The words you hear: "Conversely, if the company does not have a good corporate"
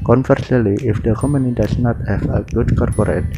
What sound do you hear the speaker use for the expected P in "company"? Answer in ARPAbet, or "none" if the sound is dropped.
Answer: none